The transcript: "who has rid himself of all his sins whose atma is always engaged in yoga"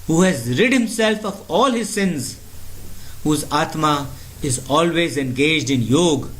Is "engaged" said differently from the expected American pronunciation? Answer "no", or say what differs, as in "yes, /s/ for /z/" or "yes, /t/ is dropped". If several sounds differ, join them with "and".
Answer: no